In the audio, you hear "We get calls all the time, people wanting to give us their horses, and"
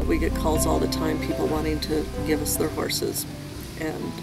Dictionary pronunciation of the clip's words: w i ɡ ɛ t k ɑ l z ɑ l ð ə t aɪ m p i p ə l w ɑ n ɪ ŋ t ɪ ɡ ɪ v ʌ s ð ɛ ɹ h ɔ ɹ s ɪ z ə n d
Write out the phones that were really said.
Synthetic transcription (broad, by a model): w i ɡ ɛ t k ɑ l z ɑ l ð ə t aɪ m p i p l w ɑ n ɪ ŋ t ɪ ɡ ɪ v ʌ s ð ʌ ɹ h ɔ ɹ s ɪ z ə n